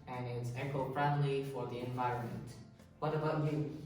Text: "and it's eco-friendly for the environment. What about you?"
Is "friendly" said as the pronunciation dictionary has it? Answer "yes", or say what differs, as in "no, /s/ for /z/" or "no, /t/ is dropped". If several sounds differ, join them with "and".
no, /p/ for /f/